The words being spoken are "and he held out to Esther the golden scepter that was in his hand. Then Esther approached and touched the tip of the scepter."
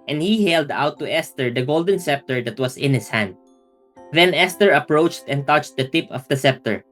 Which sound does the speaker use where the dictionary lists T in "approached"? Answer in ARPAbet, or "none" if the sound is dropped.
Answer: T